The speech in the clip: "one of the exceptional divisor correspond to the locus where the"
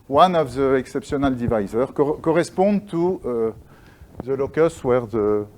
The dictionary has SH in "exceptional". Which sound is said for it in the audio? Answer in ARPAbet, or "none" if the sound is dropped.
S